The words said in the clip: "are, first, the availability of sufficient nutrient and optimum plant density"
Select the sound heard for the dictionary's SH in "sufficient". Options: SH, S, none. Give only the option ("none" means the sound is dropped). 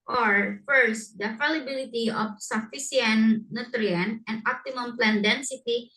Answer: S